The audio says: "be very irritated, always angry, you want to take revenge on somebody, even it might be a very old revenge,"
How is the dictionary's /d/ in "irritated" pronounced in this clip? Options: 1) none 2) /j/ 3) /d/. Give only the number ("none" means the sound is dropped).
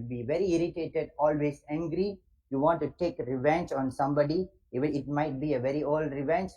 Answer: 3